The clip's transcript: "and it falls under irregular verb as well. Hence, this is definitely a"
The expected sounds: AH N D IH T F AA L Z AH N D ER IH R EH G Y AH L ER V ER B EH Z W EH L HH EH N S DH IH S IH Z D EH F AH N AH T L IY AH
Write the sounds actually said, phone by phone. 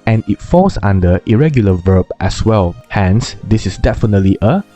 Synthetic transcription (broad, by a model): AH N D IH T F AA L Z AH N D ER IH R EH G Y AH L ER V ER B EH S W EH L HH EH N S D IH S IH S D EH F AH N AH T L IY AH